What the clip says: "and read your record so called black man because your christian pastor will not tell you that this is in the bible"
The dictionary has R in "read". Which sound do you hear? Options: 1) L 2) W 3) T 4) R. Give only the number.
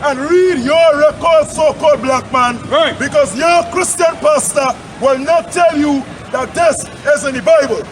4